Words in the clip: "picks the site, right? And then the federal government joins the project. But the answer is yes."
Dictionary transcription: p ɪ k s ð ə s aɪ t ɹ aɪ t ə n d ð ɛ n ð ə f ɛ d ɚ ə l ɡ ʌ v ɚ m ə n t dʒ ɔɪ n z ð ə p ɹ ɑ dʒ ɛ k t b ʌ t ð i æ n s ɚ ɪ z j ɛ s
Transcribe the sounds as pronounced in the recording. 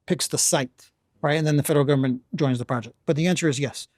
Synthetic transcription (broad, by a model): p ɪ k s ð ə s aɪ t ɹ aɪ t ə n ð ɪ n ð ə f ɛ d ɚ l ɡ ʌ v ɚ m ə n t dʒ ɔɪ n z ð ə p ɹ ɑ dʒ ɛ k t b ʌ t ð i æ n s ɚ ɪ z j ɛ s